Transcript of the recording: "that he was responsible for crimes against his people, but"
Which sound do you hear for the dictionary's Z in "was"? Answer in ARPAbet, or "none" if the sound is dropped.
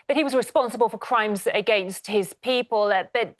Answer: Z